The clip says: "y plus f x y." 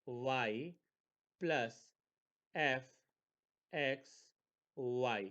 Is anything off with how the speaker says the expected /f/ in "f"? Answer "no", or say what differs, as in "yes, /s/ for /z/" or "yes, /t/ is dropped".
no